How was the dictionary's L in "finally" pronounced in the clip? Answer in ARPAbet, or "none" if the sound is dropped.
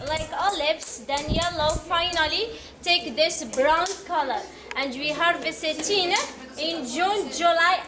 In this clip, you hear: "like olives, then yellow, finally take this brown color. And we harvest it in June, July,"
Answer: L